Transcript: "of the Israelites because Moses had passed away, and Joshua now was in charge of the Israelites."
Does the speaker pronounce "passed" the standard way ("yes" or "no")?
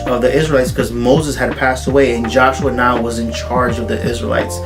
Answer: yes